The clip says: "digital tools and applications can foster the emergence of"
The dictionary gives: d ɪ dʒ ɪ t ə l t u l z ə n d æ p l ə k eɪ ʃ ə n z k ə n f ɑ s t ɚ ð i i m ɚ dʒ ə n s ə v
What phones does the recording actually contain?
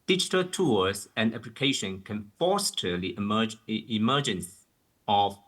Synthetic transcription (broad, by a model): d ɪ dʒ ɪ t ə l t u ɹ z ə n d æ p l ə k eɪ ʃ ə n k ə n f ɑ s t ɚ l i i m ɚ dʒ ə n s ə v